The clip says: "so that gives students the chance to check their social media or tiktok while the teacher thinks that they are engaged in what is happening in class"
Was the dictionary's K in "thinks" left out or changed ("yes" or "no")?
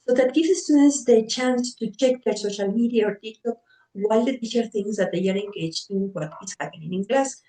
yes